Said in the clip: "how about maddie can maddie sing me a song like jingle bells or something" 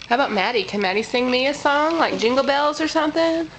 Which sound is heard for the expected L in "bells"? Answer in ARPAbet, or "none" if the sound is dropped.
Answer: L